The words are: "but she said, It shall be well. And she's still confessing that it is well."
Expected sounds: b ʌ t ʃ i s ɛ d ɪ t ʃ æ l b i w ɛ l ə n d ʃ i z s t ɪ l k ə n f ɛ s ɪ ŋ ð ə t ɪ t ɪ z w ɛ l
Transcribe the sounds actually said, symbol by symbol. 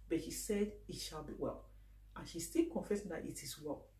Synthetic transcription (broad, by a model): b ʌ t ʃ i s ɛ d ɪ t ʃ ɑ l b i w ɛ l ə n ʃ i s t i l k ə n f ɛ s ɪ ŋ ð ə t ɪ t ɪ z w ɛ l